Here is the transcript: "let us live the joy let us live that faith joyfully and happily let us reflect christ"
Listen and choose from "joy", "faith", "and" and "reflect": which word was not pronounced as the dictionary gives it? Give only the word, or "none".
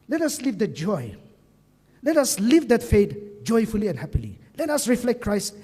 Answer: faith